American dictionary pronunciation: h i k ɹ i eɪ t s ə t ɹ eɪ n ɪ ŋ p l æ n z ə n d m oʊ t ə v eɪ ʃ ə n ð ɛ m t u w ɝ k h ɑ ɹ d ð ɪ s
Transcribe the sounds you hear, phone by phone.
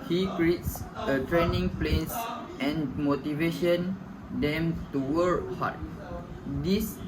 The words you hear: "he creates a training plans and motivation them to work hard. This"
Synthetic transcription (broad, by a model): h i k ɹ i eɪ t s ə t ɹ eɪ n ɪ ŋ p l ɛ n s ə n m oʊ t ə v eɪ ʃ ə n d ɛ m t u w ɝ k h ɑ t d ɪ s